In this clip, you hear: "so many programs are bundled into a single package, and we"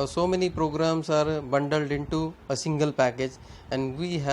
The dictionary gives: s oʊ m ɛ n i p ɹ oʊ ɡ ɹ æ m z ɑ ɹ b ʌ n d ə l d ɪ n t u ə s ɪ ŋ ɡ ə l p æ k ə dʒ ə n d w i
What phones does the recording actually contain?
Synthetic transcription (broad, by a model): s oʊ m ɛ n i p ɹ oʊ ɡ ɹ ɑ m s ɑ ɹ b ʌ n d ə l d ɪ n t u ə s ɪ ŋ ɡ ə l p æ k ə dʒ ə n d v i